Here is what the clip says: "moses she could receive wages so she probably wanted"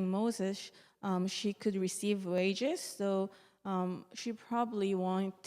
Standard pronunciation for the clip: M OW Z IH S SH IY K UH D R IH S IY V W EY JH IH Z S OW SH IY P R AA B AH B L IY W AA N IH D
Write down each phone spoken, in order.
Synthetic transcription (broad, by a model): M OW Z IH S SH IY K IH D R IH S IY V W EY JH IH Z S OW SH IY P R AA B AH B L IY W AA N